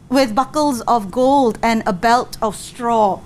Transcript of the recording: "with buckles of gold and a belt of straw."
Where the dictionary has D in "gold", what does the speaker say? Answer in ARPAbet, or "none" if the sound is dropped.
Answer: D